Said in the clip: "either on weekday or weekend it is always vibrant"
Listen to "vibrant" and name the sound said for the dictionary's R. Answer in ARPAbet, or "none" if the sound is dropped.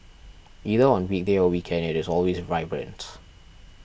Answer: R